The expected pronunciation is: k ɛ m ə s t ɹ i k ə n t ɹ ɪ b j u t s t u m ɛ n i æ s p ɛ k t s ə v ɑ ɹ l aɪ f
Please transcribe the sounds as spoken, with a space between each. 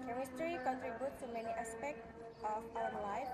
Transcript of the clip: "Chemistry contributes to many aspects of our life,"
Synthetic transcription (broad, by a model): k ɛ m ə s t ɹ i k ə n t ɹ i b j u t t u m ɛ n i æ s p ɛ k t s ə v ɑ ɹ l aɪ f